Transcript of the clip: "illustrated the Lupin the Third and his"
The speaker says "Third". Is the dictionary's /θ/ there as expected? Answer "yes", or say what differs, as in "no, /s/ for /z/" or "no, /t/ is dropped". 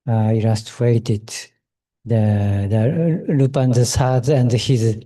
no, /s/ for /θ/